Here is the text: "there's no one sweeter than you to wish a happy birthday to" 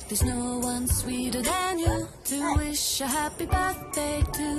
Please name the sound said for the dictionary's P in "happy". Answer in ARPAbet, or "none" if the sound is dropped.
P